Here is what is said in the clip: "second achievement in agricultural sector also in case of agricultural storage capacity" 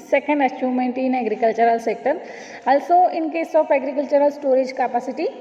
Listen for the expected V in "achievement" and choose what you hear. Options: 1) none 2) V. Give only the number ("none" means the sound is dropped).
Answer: 1